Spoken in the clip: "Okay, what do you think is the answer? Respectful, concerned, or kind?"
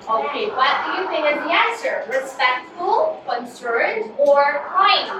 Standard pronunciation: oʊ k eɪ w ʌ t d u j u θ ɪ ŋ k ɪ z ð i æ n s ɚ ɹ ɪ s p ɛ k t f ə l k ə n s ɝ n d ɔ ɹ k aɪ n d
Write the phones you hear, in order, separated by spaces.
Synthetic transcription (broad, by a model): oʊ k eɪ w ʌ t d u j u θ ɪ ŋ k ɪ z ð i æ n s ɚ ɹ ɪ s p ɛ k t f ə l k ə n s ɝ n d ɔ ɹ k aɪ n